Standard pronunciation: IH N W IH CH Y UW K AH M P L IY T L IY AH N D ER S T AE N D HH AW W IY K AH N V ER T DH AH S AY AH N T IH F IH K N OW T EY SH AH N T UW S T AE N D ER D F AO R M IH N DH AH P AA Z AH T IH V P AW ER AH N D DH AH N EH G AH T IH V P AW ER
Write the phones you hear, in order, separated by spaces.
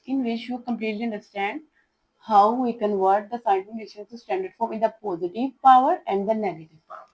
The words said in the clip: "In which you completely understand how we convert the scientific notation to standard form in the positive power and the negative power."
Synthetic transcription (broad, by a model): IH N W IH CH Y UW K AH M P L IY T L IY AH N D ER S T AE N D HH AW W IY K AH N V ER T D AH S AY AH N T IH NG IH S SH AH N S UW S T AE N D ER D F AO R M IH N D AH P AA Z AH T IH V P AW ER AH N D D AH N EH G AH T IH V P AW